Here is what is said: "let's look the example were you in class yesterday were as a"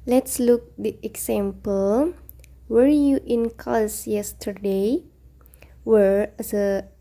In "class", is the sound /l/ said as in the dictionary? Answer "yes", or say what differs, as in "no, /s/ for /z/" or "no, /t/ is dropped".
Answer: no, /l/ is dropped